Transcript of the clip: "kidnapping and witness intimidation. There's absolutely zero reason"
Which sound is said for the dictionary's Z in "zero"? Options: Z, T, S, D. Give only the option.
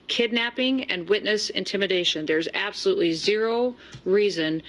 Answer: Z